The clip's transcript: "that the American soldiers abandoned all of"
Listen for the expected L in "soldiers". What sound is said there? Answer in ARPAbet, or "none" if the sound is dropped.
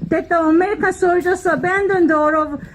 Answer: none